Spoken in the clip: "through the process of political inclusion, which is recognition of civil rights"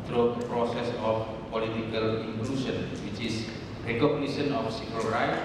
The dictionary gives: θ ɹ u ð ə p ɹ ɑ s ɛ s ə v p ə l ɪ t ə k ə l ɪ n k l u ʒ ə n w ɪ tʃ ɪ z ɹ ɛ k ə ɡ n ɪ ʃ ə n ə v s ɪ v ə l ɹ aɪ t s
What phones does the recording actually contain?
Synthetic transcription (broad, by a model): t ɹ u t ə p ɹ ɑ s ɛ s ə f p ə l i t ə k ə l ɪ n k l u s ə n w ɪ tʃ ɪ s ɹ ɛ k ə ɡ n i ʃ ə n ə f s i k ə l ɹ aɪ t